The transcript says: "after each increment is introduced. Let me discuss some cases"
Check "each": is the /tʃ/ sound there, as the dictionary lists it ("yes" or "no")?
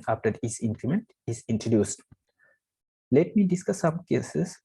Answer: no